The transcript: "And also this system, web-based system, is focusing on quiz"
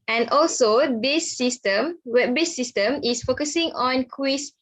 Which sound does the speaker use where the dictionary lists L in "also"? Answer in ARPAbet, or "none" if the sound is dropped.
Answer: L